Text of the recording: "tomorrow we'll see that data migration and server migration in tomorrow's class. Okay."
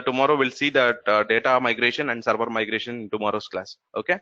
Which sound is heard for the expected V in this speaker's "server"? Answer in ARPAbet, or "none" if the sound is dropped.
B